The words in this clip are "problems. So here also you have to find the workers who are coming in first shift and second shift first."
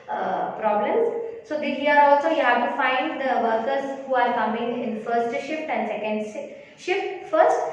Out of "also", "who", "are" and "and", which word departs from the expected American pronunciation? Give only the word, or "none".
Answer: none